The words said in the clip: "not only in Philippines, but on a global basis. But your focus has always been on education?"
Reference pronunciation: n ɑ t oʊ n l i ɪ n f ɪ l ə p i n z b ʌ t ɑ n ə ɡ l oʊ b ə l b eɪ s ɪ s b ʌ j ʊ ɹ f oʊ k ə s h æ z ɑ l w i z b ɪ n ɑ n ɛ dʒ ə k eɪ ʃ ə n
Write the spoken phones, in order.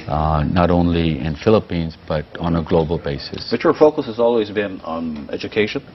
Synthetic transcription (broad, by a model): n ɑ t oʊ n l i ɪ n f ɪ l ə p i n z b ʌ t n ə ɡ l oʊ b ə l b eɪ s ɪ s b ʌ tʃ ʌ ɹ f oʊ k ə s h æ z ɑ l w i z b ɪ n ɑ n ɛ dʒ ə k eɪ ʃ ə n